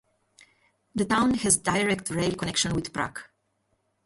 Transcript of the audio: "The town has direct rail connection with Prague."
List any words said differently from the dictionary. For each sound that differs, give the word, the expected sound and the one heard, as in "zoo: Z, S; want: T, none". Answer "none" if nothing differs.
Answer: none